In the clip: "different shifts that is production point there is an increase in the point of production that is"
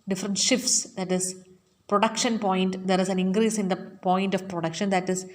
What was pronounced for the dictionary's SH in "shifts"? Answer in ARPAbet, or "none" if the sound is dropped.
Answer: SH